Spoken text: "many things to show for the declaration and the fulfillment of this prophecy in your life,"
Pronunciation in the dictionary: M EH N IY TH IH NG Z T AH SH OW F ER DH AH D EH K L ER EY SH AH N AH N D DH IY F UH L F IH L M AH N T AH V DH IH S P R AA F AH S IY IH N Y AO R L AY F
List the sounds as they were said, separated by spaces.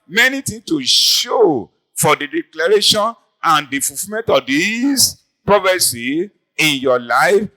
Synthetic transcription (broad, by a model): M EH N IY T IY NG T AH SH OW F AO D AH D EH K L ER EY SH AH N AH N D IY F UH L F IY M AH N T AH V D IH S P R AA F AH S IY IH N Y AO L AY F